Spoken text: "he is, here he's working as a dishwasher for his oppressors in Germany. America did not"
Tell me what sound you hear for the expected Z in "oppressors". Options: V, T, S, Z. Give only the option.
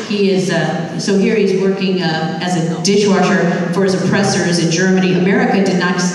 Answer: Z